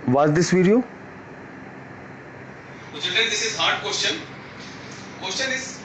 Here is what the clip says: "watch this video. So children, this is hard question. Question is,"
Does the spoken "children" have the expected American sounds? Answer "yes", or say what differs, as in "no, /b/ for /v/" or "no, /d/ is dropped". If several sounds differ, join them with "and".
no, /ɹ/ is dropped